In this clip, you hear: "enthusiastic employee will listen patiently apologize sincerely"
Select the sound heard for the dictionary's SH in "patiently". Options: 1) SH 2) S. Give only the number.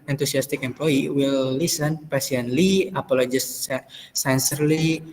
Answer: 2